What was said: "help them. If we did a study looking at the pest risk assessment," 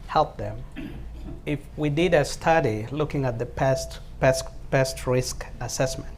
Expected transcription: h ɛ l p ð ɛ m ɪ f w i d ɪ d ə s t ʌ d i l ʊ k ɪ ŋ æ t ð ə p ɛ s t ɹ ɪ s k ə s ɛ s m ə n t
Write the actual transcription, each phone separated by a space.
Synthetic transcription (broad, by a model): h ɛ l p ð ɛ m ɪ f w i d ɪ d ə s t ʌ d i l ʊ k ɪ ŋ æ t ð ə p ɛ s t ɹ ɪ s k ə s ɛ s m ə n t